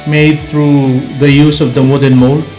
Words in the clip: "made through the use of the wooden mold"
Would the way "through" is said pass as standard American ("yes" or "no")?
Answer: no